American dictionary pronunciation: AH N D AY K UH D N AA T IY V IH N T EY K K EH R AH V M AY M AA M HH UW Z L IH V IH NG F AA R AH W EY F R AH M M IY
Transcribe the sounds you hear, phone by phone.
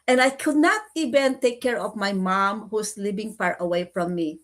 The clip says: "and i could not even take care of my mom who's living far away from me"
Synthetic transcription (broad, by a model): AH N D AY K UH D N AA T IY V IH N T EY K K EH R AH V M AY M AA M HH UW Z L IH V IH NG P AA R AH W EY F R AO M M IY